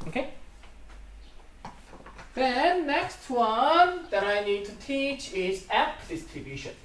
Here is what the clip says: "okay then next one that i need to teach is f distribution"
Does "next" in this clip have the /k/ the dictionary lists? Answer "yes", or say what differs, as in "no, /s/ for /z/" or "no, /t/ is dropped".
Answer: yes